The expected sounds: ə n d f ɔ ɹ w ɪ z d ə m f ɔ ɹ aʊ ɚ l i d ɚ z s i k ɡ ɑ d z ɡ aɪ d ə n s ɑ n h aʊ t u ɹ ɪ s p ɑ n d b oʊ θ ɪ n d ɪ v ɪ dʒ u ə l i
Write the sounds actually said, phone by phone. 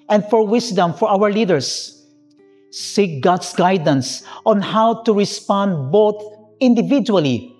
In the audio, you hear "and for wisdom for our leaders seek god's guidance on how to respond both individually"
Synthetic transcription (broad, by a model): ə n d f ɔ ɹ w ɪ s d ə m f ɔ ɹ aʊ ɚ l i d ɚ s s i k ɡ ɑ d s ɡ aɪ d ə n s ɑ n h aʊ t u ɹ ɪ s p ɑ n d b oʊ θ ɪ n d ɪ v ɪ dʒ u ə l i